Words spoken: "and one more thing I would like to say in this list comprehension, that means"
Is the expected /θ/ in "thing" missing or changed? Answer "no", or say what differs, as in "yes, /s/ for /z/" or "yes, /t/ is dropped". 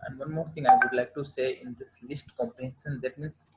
yes, /t/ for /θ/